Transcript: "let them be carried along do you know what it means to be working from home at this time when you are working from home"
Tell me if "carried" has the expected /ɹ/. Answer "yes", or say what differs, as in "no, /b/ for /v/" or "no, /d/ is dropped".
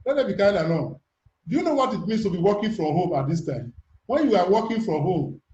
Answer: no, /ɹ/ is dropped